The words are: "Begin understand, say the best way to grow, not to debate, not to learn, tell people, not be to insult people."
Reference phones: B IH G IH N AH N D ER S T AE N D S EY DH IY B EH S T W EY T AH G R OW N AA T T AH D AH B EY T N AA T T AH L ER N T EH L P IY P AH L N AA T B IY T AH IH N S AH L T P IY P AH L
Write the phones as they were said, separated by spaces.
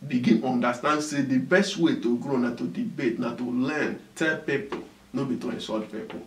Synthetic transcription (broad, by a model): B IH G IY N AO N D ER S T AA N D S EY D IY B EH S T W EY T AH G R OW N AA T T AH D AH B EY T N AA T T AH L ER N T EH L P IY P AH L N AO B IY T AH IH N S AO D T P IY P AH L